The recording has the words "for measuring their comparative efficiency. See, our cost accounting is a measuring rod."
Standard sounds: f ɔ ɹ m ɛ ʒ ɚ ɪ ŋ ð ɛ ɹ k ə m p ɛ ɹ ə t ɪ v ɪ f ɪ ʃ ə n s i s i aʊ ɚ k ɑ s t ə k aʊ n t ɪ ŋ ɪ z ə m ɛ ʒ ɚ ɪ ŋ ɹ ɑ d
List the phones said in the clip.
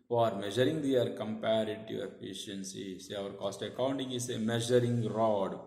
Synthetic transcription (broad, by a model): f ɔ ɹ m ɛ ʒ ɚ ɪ ŋ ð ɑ ɹ k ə m p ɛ ɹ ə t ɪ ɪ f ɪ ʃ ə n s i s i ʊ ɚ k ɑ s t ə k aʊ n t ɪ ŋ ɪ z ə m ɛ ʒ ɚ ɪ ŋ ɹ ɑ d